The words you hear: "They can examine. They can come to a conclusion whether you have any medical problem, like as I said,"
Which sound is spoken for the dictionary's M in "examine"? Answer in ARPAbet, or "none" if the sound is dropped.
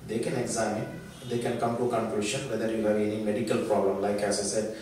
none